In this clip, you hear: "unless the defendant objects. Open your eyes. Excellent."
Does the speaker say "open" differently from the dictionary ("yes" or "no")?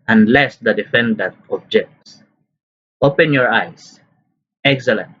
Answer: no